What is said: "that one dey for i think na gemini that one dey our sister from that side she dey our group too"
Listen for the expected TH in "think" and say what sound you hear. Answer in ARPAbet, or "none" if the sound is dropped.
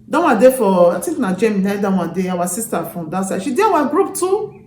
T